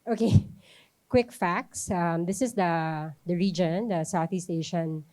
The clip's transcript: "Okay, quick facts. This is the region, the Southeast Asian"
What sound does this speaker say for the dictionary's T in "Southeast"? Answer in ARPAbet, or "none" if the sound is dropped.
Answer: T